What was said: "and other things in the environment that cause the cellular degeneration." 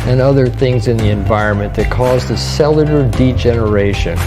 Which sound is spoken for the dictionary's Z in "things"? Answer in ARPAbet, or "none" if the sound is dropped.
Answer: Z